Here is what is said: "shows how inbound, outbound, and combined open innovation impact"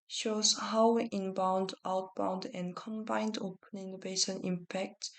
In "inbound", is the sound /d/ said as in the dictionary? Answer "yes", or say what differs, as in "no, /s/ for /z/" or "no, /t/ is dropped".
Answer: yes